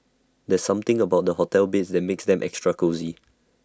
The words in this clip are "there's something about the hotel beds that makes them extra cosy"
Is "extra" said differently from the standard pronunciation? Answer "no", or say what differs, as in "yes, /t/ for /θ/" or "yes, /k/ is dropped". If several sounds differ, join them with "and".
no